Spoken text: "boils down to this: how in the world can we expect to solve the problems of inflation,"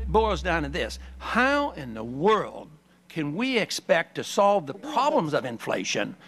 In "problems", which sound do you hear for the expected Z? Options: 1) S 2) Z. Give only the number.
2